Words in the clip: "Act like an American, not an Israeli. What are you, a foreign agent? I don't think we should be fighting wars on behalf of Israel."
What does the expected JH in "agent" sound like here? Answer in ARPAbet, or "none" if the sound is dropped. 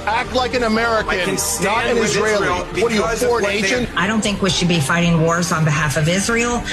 SH